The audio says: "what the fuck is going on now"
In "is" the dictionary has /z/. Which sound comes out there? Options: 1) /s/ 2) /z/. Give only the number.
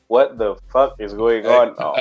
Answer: 2